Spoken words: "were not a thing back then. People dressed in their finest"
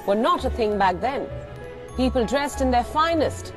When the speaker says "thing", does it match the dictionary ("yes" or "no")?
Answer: yes